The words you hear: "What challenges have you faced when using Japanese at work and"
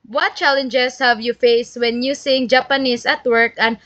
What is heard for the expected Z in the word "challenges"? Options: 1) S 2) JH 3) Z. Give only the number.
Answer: 1